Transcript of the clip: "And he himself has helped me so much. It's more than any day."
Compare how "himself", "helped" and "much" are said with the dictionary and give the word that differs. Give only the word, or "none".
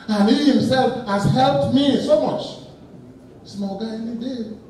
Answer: none